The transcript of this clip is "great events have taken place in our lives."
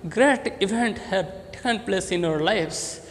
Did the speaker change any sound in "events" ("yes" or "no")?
yes